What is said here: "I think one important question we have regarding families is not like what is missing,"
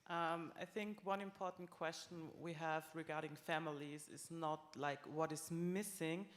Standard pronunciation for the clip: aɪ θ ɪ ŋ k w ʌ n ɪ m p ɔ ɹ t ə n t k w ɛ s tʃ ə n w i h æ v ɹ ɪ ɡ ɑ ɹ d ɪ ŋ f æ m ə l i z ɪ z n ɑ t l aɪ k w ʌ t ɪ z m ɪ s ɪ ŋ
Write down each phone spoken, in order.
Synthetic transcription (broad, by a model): aɪ θ ɪ ŋ k w ʌ n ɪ m p ɔ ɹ t n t k w ɛ s tʃ ə n w i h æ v ɹ ɪ ɡ ɑ ɹ d ɪ ŋ f æ m ə l i z ɪ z n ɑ t l aɪ k w ʌ t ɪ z m ɪ s ɪ ŋ